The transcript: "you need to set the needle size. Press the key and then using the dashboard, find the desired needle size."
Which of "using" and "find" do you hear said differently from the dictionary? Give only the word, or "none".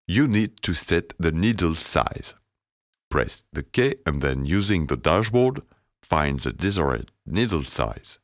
none